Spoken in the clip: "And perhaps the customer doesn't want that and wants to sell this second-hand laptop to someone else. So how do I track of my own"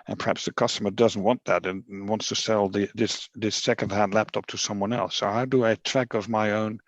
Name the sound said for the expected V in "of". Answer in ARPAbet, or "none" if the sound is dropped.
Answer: V